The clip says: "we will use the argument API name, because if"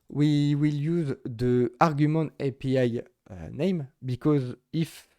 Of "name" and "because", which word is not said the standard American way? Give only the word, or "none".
none